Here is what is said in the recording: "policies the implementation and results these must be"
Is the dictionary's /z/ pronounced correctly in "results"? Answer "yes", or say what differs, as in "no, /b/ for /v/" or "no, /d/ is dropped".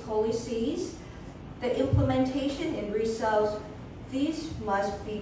no, /s/ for /z/